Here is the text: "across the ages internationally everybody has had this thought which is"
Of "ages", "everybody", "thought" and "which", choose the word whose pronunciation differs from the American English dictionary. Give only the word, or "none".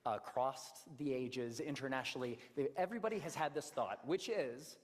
none